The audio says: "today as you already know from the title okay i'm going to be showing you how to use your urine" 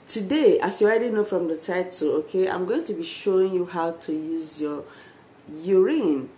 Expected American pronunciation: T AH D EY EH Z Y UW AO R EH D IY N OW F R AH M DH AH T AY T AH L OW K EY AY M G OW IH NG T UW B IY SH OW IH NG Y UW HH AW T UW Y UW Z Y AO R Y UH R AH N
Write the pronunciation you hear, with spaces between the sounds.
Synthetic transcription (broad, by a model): T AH D EY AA S Y UW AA IH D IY N OW F R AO M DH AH T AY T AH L OW K EY AY M G OW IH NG T UW B IY SH OW IH NG Y UW HH AW T UW Y UW Z Y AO Y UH R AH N